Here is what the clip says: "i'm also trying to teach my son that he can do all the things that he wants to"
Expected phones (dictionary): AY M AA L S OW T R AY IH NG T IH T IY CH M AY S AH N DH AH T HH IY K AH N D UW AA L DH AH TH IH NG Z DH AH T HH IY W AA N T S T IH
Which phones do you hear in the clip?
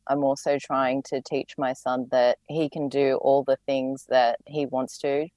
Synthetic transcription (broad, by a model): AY M AA L S OW T R AY IH NG T IH T IY CH M AY S AH N DH AH T HH IY K AH N D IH AA L DH AH TH IH NG Z DH AH T HH IY W AA N T S T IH